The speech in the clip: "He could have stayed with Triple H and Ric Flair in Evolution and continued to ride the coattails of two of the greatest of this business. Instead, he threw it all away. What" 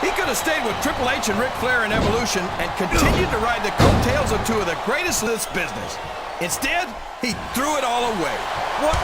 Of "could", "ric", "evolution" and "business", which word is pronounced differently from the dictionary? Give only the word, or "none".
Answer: none